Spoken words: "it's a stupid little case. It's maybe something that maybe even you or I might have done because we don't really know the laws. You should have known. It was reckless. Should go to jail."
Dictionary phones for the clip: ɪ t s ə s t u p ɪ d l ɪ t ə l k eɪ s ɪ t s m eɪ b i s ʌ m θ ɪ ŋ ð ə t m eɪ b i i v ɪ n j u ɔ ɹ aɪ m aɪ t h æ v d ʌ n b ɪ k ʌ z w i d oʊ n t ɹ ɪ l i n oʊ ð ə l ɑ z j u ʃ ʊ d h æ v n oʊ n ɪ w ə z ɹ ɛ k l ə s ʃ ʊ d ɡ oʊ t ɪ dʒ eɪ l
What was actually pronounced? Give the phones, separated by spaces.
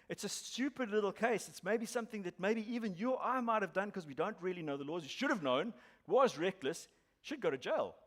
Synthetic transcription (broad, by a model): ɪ t s ə s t u p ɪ d l ɪ t l k eɪ s ɪ t s m eɪ b i s ʌ m θ ɪ ŋ ð ə t m eɪ b i i v ɪ n j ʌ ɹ aɪ m aɪ t h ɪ v d ʌ n k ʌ z w i d oʊ n t ɹ ɪ l i n oʊ ð ə l ɑ z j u ʃ ʊ d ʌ v n oʊ n w ə z ɹ ɛ k l ə s ʃ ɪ d ɡ oʊ t ɪ dʒ eɪ l